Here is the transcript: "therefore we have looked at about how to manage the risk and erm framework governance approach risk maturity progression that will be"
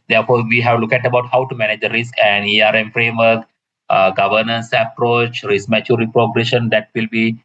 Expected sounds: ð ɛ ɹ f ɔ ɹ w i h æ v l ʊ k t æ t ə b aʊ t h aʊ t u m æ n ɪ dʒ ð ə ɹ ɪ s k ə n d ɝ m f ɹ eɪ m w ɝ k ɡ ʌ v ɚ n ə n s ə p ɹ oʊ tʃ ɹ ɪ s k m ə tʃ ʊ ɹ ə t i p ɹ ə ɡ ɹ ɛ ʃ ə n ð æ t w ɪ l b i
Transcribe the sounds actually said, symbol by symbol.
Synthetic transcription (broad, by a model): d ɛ ɹ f ɔ ɹ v i h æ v l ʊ k æ t ə b aʊ t h aʊ t u m æ n ɪ dʒ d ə ɹ ɪ s k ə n d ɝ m f ɹ eɪ m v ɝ k ɡ ʌ v ɚ n ə n s ə p ɹ oʊ tʃ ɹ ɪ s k m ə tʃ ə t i p ɹ ə ɡ ɹ ɛ ʃ ə n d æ t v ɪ l b i